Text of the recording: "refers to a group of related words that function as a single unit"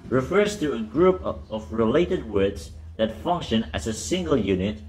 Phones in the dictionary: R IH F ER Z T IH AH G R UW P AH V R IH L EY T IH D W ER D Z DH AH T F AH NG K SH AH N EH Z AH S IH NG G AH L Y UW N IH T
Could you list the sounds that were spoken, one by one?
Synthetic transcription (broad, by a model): R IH F ER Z T IH AH G R UW P AH V R IH L EY T IH D W ER D Z DH AH T F AH NG K SH AH N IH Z AH S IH NG G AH L Y UW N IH T